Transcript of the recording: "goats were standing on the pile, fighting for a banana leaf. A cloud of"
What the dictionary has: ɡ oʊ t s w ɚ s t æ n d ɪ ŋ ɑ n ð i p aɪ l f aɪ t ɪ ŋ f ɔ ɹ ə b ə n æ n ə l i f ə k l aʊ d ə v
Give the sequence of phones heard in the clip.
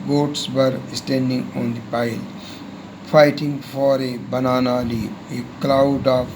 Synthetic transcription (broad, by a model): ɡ oʊ t s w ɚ s t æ n d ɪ ŋ ɑ n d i p aɪ l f aɪ t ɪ ŋ f ɔ ɹ ə b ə n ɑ n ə l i ə k l aʊ d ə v